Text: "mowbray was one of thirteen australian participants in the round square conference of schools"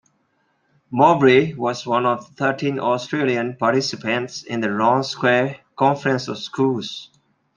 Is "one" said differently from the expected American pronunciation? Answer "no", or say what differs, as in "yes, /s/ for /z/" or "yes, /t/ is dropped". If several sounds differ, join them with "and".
no